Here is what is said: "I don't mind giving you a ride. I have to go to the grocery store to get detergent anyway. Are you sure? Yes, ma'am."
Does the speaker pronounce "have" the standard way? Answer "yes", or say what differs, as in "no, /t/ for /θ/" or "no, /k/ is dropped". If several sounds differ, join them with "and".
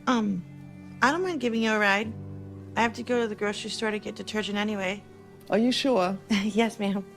no, /f/ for /v/